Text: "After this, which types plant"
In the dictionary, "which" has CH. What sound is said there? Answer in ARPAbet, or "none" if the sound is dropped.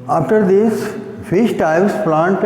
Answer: SH